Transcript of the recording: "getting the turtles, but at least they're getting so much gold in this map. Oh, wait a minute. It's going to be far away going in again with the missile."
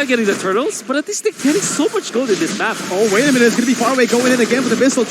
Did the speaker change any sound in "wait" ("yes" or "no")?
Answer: yes